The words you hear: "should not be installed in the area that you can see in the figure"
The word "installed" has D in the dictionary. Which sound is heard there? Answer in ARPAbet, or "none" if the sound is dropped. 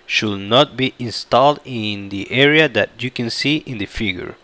D